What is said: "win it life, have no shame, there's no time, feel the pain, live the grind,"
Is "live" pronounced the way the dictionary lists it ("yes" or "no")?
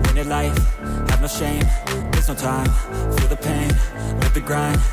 no